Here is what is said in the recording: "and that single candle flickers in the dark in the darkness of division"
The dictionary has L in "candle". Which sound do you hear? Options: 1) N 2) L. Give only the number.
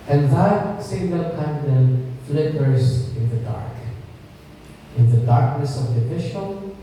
1